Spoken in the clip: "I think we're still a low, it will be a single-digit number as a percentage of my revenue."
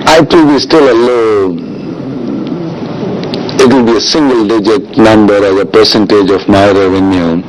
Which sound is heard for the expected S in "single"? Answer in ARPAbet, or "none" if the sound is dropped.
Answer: S